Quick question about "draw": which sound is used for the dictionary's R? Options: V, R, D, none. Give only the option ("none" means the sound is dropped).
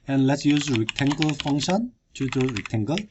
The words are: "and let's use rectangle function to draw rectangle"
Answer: none